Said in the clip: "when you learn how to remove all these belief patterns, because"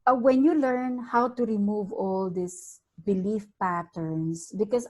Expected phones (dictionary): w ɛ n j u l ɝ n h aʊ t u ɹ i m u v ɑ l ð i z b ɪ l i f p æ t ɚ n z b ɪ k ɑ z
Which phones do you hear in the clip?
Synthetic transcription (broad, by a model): w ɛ n j u l ɝ n h aʊ t u ɹ i m u v ɑ l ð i s b ɪ l i f p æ t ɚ n s b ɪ k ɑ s